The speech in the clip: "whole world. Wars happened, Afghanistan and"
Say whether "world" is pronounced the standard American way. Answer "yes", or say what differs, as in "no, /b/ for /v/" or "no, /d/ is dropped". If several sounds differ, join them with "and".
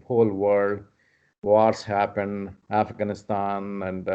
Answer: no, /l/ is dropped